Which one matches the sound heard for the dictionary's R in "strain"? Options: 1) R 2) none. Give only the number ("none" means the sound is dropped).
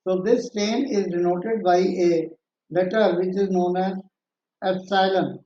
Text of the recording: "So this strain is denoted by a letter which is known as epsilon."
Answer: 2